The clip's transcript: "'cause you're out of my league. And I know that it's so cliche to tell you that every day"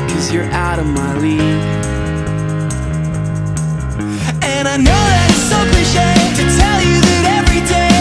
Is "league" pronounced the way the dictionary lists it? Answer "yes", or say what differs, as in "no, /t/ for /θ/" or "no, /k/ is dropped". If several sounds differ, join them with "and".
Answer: no, /ɡ/ is dropped